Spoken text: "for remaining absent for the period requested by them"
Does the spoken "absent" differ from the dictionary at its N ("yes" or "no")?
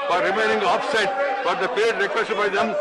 yes